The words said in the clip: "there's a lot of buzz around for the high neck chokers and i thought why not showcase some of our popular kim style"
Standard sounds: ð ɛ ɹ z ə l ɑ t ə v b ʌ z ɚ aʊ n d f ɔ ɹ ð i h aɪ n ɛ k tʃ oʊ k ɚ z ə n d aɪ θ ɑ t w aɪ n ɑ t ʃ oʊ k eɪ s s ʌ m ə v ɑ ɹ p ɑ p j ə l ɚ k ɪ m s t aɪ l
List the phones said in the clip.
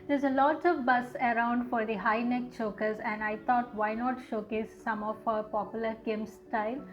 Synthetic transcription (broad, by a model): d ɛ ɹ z ə l ɑ t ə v b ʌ s ɚ aʊ n d f ɔ ɹ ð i h aɪ n ɛ k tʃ oʊ k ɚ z ə n d aɪ t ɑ t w aɪ n ɑ t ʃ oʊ k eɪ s s ʌ m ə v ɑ p ɑ p j ə l ɚ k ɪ m s t aɪ l